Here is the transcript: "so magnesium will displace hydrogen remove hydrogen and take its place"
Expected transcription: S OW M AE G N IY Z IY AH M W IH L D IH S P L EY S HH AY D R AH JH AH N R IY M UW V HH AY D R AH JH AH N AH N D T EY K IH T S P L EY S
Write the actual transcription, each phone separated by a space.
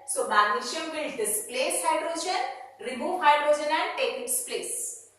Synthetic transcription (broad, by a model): S OW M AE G IY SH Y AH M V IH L D IH S P L EY S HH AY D R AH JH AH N R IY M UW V HH AY D R AH JH AH N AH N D T EY K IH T S P L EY S